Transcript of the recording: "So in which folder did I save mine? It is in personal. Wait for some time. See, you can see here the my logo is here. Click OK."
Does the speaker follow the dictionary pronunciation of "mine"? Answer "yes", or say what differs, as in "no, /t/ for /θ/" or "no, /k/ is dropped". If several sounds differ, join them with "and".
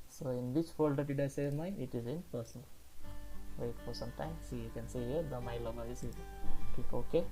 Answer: no, /n/ is dropped